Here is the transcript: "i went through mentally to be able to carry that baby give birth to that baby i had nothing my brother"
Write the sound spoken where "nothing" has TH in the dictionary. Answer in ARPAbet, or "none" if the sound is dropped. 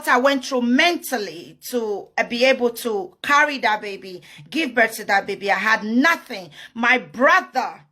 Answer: TH